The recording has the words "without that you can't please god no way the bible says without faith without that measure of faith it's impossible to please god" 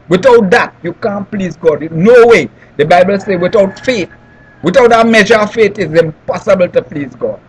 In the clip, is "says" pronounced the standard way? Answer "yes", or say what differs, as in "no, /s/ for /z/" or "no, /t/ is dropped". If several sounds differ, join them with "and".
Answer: no, /z/ is dropped